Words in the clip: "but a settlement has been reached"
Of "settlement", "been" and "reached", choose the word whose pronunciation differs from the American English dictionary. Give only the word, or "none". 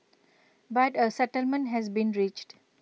none